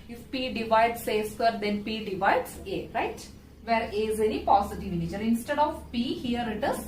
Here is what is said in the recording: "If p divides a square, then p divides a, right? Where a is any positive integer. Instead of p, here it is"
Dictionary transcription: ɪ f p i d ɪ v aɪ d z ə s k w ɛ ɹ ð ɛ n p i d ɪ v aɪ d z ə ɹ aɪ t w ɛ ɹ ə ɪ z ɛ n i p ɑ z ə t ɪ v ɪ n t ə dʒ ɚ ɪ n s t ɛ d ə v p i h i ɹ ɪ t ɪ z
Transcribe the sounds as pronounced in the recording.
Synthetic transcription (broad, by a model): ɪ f p i d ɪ v aɪ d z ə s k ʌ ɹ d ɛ n p i d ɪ v aɪ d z ə ɹ aɪ t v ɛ ɹ ə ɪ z ɛ n i p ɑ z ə t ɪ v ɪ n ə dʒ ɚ ɪ n s t ɛ d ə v p i h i ɹ ɪ t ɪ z